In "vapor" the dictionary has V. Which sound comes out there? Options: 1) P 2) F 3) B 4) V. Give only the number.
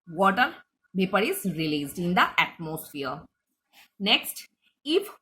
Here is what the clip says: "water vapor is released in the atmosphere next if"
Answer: 3